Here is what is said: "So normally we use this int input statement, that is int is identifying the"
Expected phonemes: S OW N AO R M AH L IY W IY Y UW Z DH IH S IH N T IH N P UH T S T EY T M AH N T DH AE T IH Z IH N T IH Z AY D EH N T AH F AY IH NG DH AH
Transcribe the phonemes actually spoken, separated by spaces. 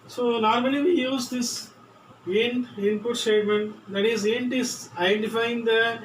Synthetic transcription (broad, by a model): S OW N AO R M AH L IY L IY Y UW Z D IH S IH N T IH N P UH T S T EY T M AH N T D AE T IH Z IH N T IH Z AY D EH N T AH F AY IH NG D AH